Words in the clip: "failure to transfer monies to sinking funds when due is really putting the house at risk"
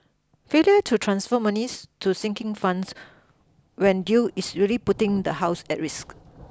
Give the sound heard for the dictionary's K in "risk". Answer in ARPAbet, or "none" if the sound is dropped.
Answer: K